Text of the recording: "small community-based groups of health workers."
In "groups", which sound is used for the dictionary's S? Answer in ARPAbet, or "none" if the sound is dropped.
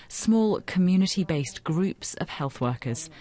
S